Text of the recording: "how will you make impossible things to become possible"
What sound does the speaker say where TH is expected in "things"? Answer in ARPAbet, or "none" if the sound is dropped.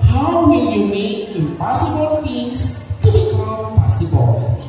F